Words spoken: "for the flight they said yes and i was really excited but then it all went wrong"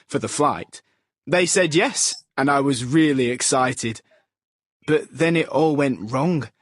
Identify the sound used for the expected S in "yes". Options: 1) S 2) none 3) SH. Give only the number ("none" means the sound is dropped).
1